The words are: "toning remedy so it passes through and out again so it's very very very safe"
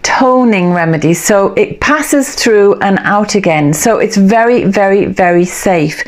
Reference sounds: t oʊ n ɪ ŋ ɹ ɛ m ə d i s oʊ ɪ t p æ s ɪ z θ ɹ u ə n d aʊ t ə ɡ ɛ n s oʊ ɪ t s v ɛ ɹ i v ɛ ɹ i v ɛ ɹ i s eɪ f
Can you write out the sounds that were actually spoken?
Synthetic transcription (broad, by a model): t oʊ n ɪ ŋ ɹ ɛ m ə d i s oʊ ɪ t p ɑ s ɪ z θ ɹ u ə n aʊ t ə ɡ ɛ n s oʊ ɪ t s v ɛ ɹ i v ɛ ɹ i v ɛ ɹ i s eɪ f